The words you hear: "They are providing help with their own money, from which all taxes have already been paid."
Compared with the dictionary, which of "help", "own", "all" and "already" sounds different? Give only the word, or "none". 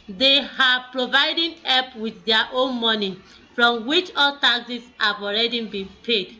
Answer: help